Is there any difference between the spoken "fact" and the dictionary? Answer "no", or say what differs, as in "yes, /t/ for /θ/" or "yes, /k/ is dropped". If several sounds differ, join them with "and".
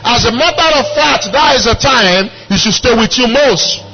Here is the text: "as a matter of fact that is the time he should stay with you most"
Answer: yes, /k/ is dropped